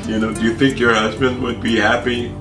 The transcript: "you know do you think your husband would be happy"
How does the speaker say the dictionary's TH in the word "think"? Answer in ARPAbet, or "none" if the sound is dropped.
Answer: TH